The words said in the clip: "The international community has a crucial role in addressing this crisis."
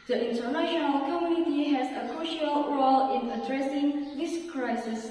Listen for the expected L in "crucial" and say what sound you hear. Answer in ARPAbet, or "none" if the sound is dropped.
L